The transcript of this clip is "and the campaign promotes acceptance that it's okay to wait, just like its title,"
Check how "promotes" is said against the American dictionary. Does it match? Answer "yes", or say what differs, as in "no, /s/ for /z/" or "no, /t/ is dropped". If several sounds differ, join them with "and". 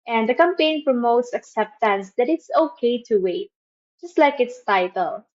yes